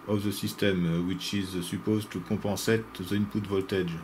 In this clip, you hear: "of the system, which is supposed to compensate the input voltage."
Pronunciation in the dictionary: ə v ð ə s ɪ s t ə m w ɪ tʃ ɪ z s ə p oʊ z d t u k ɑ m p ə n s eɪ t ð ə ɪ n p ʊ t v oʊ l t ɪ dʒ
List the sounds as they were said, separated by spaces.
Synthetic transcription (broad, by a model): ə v ð ə s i s t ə m w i tʃ ɪ z s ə p oʊ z t u k ɑ p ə s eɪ t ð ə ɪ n p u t v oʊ l t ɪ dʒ